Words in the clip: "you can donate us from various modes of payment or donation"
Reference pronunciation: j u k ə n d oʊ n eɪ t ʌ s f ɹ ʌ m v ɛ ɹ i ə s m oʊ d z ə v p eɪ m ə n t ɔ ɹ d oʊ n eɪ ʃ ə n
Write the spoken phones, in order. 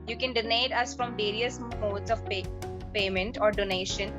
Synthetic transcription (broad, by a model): j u k ə n d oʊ n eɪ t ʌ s f ɹ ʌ m v ɛ ɹ i ə s m oʊ d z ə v p eɪ m ə n t ɔ ɹ d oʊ n eɪ ʃ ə n